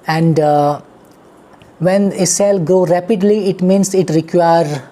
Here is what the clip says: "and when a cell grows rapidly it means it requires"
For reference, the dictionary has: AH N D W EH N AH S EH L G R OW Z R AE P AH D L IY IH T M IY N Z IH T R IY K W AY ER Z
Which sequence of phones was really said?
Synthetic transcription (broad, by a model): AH N D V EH N AH S EH L G R OW R AE P AH D L IY IH T M IY N S IH T R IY K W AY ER